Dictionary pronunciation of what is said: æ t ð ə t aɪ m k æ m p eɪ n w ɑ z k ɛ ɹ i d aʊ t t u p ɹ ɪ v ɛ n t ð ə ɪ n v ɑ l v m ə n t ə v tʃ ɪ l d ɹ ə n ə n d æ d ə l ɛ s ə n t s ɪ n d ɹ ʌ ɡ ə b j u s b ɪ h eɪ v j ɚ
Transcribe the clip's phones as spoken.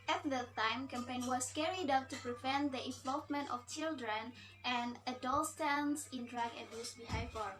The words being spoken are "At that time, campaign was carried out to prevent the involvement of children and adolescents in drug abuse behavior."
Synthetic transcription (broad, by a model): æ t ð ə t aɪ m k æ m p eɪ n w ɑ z k ɛ ɹ i d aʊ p t u p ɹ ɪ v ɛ n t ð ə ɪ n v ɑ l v m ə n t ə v tʃ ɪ l d ɹ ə n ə n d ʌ d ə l s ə n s ɪ n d ɹ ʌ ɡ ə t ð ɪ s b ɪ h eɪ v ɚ